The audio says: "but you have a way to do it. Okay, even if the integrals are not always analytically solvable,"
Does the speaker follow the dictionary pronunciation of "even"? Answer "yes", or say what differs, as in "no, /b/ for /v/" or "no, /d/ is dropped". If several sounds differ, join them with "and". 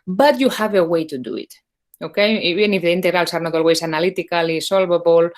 no, /v/ is dropped